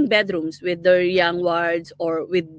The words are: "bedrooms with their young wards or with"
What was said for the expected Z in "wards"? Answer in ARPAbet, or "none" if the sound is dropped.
S